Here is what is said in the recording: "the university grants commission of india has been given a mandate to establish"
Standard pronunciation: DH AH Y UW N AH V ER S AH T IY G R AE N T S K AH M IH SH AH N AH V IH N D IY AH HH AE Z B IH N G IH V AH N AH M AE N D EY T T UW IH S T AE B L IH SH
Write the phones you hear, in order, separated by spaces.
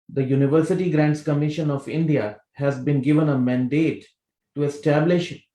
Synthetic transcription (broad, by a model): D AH Y UW N AH V ER S AH T IY G R AE N T S K AH M IH SH AH N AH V IH N D IY AH HH AE Z B IH N G IH V AH N AH M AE N D EY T T UW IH S T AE B L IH SH